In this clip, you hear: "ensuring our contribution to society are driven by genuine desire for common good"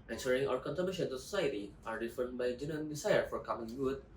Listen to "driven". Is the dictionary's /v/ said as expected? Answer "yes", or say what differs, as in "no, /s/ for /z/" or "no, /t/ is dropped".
no, /f/ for /v/